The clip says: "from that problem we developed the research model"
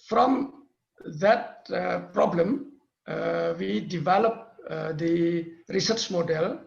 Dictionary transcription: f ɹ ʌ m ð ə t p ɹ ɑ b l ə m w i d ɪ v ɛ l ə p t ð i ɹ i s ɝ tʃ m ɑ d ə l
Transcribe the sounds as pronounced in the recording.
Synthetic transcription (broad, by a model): f ɹ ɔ m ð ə t p ɹ ɑ b l ə m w i d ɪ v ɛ l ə p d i ɹ i s ɝ tʃ m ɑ d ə l